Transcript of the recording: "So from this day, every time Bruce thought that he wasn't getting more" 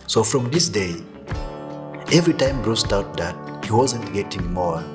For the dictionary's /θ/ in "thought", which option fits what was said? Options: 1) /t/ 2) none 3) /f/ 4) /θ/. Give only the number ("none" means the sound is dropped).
1